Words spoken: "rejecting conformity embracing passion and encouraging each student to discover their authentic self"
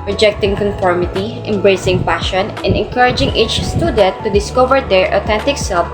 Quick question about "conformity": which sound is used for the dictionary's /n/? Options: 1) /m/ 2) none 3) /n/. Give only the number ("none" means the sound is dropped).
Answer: 3